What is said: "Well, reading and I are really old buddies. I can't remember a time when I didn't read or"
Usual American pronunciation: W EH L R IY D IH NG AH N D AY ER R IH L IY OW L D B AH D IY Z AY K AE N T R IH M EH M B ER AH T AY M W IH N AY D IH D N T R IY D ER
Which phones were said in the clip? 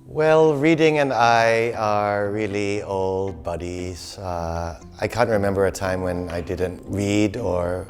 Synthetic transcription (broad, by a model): W EH L R IY D IH NG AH N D AY ER R IH L IY OW L D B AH D IY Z AY K AE N T R IH M EH M B ER AH T AY M W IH N AY D IH D N T R IY D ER